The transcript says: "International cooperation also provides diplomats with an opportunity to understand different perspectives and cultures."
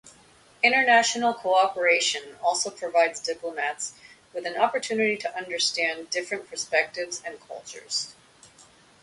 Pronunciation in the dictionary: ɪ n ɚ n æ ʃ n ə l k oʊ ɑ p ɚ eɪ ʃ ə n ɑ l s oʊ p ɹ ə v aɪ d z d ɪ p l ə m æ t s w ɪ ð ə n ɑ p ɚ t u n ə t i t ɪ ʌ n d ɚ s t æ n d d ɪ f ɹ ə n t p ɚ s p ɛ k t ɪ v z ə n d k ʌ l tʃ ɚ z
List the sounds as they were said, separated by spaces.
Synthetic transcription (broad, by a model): ɪ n ɚ n æ ʃ n l k oʊ ɑ p ɚ eɪ ʃ ə n ɑ l s oʊ p ɹ ə v aɪ d z d ɪ p l ə m æ t s w ɪ ð ə n ɑ p ɚ t u n ə t i t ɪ ʌ n d ɚ s t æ n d d ɪ f ɹ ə n p ɚ s p ɛ k t ɪ v z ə n k ʌ l tʃ ɚ z